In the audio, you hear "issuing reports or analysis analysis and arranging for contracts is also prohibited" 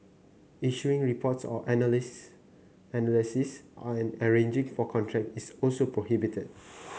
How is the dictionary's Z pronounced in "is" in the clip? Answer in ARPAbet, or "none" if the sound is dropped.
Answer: S